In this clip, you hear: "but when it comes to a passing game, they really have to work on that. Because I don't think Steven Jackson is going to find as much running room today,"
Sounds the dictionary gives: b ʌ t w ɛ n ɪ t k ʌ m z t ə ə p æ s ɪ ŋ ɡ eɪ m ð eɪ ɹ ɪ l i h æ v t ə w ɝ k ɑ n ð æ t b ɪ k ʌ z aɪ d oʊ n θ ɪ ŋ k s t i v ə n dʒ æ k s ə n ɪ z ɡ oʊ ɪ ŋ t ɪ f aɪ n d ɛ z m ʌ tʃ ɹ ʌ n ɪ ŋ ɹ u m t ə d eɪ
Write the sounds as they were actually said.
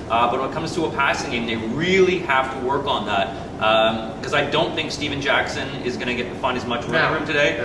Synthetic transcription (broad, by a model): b ʌ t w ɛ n ɪ t k ʌ m z t ə ə p æ s ɪ ŋ ɡ eɪ m ð eɪ ɹ ɪ l i h æ f t ə w ɝ k n ð æ t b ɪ k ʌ z aɪ d oʊ n θ ɪ ŋ k s t i v ə n dʒ æ k s ə n ɪ z ɡ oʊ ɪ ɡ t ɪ f aɪ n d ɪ z m ʌ tʃ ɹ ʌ ɪ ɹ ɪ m t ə d eɪ